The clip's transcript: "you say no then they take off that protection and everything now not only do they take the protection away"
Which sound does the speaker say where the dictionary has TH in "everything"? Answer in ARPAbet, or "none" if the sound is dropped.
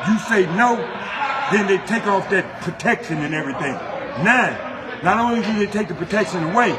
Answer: TH